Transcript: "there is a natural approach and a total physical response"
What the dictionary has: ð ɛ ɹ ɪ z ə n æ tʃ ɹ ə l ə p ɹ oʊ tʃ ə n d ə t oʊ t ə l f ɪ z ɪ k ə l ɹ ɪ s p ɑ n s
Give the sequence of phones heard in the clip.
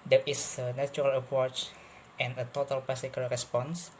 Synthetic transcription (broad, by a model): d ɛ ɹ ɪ s ə n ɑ tʃ ɹ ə l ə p ɹ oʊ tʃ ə n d ə t oʊ t ə l p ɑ s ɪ k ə l ɹ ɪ s p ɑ n s